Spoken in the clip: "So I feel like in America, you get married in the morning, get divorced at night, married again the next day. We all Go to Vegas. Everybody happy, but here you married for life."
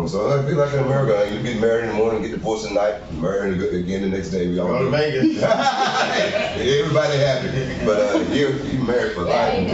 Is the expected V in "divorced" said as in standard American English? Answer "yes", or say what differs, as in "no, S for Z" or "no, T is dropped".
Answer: no, P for V